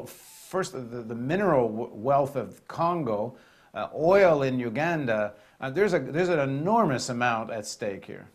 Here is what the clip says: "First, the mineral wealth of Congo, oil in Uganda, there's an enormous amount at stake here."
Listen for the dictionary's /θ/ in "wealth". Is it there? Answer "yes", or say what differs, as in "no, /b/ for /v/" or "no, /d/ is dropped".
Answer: yes